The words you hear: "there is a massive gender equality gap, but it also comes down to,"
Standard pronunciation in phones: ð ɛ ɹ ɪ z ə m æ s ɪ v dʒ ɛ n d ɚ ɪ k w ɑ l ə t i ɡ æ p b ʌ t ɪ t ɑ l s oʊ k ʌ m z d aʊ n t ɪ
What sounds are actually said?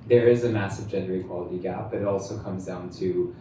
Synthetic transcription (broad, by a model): ð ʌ ɹ ɪ z ə m æ s ɪ v dʒ ɛ n d ɚ ɪ k w ɑ l ə t i ɡ æ p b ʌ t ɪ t ɑ l s oʊ k ʌ m z d aʊ n t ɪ